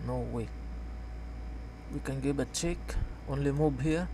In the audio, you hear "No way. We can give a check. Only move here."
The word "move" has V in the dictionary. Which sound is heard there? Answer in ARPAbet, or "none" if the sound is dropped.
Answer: B